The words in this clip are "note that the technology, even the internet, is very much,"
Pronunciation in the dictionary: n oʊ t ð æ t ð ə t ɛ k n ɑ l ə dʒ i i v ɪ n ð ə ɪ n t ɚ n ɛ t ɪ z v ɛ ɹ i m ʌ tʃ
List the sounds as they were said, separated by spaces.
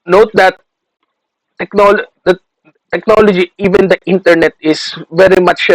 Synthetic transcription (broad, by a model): n oʊ t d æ t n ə t ɛ k n ɑ l ə dʒ i i v ɪ n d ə ɪ n t ɚ n ɛ t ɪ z v ɛ ɹ i m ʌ tʃ